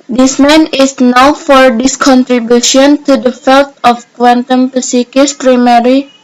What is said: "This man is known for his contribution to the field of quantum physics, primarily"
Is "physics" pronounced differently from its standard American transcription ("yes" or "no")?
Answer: yes